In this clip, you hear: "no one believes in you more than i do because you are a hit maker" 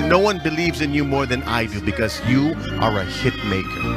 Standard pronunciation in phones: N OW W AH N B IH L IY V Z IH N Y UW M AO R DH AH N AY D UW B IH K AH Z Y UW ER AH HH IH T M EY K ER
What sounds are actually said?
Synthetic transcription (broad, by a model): N OW W AH N B IH L IY V Z IH N Y UW M AO R DH AH N AY D UW B IH K AH Z Y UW ER AH HH IH T M EY K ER